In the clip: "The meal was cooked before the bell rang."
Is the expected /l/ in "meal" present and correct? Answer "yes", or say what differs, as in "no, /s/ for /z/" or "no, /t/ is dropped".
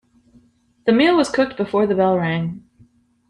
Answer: yes